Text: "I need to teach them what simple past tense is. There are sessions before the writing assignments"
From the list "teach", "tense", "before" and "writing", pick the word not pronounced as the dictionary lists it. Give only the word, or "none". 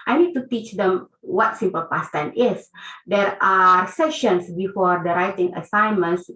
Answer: tense